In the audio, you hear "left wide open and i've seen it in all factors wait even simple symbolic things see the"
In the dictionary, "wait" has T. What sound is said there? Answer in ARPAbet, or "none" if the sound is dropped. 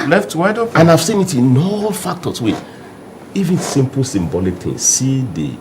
none